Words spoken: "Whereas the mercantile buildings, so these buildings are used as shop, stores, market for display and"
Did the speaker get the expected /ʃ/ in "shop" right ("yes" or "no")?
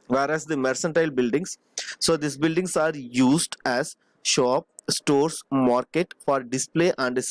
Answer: yes